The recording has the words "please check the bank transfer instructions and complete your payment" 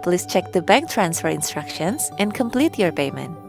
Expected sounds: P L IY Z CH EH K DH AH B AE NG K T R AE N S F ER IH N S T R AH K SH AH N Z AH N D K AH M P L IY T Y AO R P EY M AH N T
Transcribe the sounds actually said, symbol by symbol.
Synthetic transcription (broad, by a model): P L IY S CH EH K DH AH B AE NG K T R AE N S F ER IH N S T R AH K SH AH N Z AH N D K AH M P L IY T Y AO R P EY M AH N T